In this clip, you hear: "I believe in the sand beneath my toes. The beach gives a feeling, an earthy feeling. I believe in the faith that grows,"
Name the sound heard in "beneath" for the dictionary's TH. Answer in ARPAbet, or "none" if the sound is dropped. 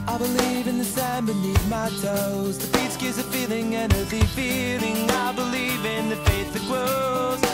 T